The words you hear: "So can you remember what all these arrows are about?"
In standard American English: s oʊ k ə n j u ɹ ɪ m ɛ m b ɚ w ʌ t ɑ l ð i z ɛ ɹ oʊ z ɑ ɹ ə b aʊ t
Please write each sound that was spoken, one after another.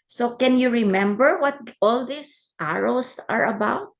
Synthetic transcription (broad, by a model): s oʊ k ə n j u ɹ ɪ m ɛ m b ɚ w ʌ t ɑ l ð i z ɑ ɹ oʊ s ɑ ɹ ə b aʊ t